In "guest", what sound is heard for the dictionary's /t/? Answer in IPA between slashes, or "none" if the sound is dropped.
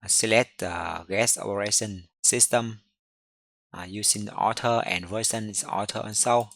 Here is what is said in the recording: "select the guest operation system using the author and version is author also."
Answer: none